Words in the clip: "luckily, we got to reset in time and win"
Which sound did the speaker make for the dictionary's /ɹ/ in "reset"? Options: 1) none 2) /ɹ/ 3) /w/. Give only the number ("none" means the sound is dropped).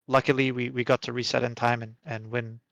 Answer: 2